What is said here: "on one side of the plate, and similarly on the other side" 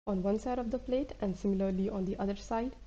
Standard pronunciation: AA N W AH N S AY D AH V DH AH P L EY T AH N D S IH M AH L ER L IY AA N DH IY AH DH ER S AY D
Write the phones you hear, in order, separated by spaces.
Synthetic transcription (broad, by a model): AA N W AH N S AY D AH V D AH P L EY T AH N D S IH M AH L ER L IY AA N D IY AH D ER S AY D